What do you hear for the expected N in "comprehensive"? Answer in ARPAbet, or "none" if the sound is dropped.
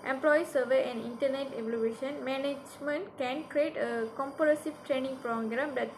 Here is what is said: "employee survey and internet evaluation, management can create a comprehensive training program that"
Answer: none